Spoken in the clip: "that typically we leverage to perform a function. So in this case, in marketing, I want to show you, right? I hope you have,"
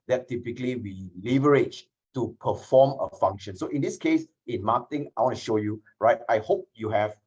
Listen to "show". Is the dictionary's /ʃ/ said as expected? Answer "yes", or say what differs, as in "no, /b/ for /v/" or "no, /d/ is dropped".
yes